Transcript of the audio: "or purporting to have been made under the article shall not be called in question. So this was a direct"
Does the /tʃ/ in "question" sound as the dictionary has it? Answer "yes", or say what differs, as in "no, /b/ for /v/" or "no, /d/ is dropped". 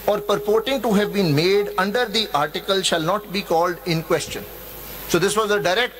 yes